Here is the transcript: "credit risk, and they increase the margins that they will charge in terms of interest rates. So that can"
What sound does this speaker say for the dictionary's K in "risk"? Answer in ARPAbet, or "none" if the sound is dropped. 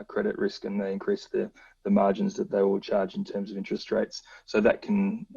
K